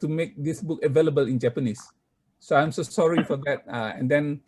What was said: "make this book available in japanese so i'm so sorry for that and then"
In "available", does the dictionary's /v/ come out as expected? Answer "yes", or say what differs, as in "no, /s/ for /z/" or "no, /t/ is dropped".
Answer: yes